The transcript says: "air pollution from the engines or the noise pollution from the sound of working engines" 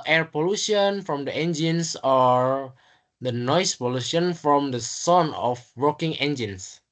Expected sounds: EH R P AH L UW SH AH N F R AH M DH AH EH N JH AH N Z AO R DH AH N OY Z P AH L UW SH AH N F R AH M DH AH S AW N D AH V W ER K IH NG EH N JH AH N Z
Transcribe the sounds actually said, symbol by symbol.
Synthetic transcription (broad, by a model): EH R P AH L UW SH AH N F R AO M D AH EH N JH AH N S AO R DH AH N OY S P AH L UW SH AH N F R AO M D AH S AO N AH F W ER K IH NG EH N JH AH N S